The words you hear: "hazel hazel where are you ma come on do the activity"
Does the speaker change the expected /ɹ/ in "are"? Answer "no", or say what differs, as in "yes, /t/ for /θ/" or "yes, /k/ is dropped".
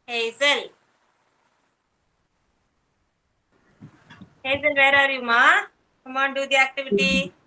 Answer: no